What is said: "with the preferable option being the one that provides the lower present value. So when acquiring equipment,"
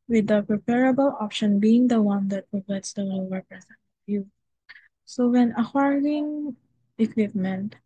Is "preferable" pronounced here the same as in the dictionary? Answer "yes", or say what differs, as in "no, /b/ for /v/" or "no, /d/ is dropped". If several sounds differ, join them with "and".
no, /p/ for /f/